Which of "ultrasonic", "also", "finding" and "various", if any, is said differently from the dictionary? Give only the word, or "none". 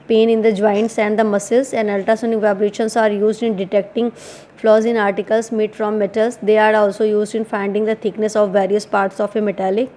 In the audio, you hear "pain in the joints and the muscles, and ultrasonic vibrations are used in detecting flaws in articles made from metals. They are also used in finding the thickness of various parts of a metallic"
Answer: ultrasonic